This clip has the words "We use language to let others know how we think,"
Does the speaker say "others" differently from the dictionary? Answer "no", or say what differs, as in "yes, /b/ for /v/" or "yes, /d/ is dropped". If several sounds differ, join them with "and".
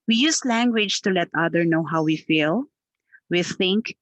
yes, /z/ is dropped